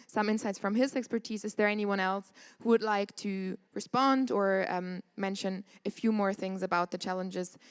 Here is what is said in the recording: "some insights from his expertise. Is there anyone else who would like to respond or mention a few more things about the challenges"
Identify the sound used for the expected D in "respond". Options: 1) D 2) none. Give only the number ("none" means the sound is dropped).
1